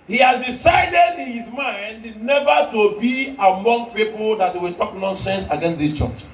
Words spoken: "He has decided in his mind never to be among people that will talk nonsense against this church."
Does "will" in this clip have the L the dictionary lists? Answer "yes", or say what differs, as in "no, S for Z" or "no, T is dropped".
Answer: no, W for L